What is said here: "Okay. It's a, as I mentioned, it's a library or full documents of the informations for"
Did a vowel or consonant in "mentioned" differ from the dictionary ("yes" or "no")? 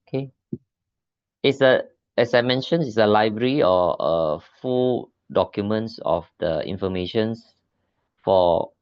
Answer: yes